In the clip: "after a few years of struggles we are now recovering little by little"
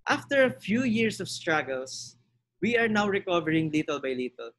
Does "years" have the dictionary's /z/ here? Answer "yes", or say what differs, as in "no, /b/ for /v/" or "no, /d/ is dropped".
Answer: no, /s/ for /z/